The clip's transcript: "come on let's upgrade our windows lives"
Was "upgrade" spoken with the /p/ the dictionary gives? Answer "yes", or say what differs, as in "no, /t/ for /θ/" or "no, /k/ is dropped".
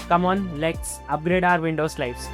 yes